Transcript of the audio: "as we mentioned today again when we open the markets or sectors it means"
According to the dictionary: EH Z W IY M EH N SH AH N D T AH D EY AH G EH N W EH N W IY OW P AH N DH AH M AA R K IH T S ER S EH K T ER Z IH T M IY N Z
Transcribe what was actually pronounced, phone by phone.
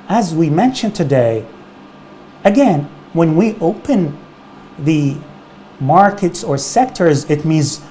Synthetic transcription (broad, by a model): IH Z W IY M EH N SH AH N T AH D EY AH G EH N W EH N W IY OW P AH N DH AH M AA R K IH T S ER S EH K T ER Z IH T M IY N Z